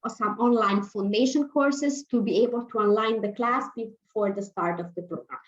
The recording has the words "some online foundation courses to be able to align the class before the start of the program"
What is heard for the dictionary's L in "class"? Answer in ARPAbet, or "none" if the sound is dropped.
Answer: L